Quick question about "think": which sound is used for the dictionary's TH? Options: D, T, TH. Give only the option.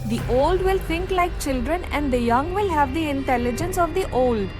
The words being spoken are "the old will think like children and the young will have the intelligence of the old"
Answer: T